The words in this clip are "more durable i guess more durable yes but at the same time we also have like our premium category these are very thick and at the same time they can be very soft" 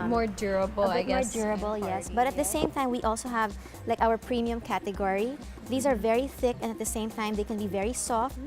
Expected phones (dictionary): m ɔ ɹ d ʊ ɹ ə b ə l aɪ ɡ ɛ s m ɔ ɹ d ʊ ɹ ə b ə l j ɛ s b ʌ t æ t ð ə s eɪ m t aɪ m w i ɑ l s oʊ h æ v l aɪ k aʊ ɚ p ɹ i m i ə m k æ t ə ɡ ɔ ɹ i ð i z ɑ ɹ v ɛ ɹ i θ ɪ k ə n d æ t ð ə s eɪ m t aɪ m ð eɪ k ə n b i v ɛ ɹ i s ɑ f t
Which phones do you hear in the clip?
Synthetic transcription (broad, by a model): m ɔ ɹ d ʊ ɹ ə b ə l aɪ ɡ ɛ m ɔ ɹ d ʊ ɹ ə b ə l j ɛ s b ʌ t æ t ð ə s eɪ m t aɪ m w i ɑ l s oʊ h æ v l aɪ k aʊ ɚ p ɹ i m i ə m k æ t ə ɡ ɔ ɹ i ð i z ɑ ɹ v ɛ ɹ i θ ɪ k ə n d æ t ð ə s eɪ m t aɪ m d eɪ k ə n b i v ɛ ɹ i s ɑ f t